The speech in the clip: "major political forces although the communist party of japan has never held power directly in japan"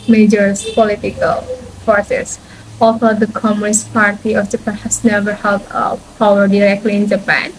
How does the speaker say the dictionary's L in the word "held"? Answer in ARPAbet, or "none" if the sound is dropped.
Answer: none